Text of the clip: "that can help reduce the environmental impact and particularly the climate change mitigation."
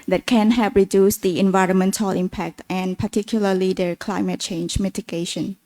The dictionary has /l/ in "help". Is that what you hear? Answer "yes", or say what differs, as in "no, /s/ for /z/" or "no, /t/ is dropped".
no, /l/ is dropped